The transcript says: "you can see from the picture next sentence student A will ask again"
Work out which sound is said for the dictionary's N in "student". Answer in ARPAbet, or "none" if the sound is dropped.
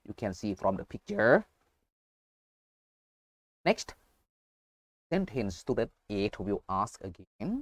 none